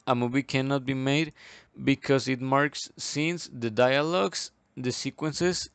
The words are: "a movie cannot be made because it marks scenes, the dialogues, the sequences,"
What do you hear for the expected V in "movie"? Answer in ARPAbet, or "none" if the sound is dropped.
B